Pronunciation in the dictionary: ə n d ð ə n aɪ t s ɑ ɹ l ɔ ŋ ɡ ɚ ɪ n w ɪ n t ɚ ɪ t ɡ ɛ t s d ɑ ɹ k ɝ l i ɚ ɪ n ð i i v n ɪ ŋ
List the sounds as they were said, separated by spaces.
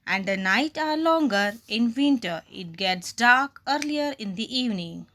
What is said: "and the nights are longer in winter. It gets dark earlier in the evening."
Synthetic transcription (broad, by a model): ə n d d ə n aɪ t ɑ ɹ l ɔ ŋ ɡ ɚ ɪ n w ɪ n t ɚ ɪ t ɡ ɛ t s d ɑ ɹ k ɝ l i ɚ ɪ n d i i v n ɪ ŋ